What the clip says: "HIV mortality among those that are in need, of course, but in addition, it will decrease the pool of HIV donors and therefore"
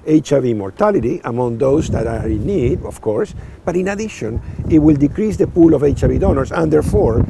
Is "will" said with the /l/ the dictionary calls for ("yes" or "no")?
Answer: yes